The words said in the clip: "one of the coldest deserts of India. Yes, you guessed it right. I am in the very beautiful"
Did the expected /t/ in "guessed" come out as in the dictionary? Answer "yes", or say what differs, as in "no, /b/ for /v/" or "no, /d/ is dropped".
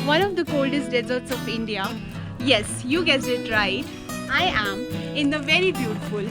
no, /t/ is dropped